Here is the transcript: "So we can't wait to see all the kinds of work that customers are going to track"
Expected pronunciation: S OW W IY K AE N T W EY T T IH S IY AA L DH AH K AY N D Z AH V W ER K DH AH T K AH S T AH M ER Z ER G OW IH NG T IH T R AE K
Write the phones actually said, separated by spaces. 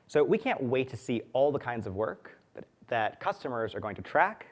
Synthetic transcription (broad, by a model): S OW W IY K AE N T W EY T T IH S IY AA L DH AH K AY N D Z AH V W ER K DH AH T K AH S T AH M ER Z ER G OW IH NG T IH T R AE K